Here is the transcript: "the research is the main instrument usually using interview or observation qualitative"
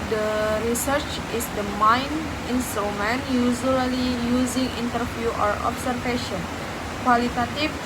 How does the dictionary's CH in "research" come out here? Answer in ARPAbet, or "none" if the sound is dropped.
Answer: CH